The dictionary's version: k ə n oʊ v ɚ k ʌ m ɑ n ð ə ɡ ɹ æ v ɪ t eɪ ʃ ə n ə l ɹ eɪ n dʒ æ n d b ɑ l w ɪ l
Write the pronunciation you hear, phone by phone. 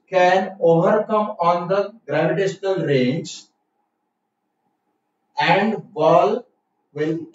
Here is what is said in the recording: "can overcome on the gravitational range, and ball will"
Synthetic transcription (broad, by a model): k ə n oʊ v ɚ k ʌ m ɑ n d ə ɡ ɹ æ v ɪ t eɪ ʃ ə n ə l ɹ eɪ n dʒ æ n d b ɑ l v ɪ l